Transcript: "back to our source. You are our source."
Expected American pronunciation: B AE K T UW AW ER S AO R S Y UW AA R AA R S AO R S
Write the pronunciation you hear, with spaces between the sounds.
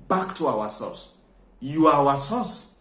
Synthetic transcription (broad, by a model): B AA K T UW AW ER S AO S Y UW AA W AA S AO S